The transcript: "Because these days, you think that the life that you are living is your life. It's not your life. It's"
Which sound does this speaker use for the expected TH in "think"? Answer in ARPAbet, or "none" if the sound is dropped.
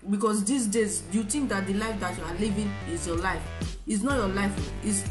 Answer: T